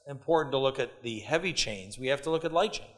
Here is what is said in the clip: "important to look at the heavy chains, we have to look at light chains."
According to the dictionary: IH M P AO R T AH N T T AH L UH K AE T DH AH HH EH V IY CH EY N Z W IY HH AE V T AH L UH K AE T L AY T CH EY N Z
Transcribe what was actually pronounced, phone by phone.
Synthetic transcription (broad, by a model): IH M P AO R T N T T AH L UH K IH T DH AH HH EH V IY CH EY N Z W IY HH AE F T AH L UH K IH T L AY T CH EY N